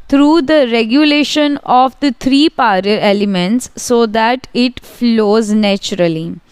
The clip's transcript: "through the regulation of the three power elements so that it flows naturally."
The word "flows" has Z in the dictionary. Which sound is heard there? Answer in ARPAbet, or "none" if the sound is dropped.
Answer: Z